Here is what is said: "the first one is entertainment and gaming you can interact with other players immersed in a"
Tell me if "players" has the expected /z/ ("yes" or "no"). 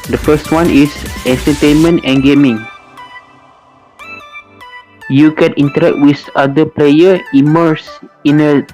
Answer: no